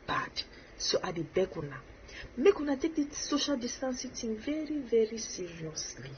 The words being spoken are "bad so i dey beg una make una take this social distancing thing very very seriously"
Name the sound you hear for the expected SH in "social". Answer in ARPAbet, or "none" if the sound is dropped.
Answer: SH